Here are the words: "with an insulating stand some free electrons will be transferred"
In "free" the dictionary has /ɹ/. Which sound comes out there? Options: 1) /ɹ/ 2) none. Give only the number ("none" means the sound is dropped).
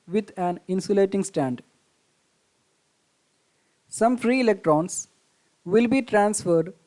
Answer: 1